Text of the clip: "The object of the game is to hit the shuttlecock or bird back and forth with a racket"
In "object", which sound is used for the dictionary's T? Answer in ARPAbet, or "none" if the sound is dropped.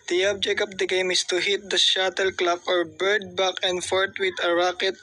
none